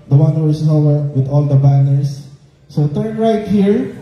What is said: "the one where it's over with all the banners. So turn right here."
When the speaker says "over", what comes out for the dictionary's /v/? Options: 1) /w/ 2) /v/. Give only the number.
1